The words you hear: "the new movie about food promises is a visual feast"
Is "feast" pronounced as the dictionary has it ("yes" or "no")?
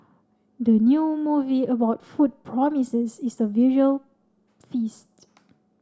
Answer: yes